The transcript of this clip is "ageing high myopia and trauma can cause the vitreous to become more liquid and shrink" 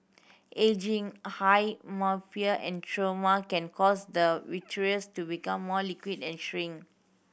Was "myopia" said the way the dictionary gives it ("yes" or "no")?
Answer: no